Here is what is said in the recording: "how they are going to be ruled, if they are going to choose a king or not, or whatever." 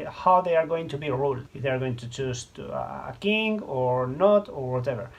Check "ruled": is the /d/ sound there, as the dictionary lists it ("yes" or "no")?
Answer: no